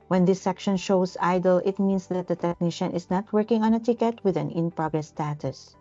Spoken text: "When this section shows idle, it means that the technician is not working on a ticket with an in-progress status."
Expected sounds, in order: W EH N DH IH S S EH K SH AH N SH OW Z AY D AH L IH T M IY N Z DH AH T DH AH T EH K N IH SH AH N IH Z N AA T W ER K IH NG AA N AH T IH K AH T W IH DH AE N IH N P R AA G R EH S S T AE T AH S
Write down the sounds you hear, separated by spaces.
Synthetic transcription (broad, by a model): W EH N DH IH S S EH K SH AH N SH OW S AY D AH L IH T M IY N S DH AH T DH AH T EH K N IH SH AH N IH S N AA T W ER K IH NG AA N AH T IH K AH T W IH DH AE N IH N P R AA G R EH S S T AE T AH S